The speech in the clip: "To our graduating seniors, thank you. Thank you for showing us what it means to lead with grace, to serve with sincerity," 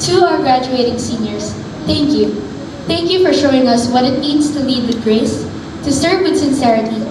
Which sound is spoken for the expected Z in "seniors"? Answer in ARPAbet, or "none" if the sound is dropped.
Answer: S